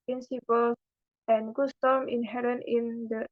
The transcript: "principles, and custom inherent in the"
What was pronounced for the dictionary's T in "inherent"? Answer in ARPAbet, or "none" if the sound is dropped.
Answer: none